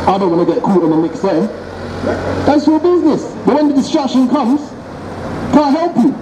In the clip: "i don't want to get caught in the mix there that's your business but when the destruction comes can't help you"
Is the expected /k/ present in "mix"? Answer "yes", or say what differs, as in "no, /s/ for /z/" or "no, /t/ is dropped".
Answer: yes